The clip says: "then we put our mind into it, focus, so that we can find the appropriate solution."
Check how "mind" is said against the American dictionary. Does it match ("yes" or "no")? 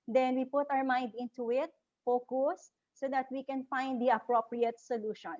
yes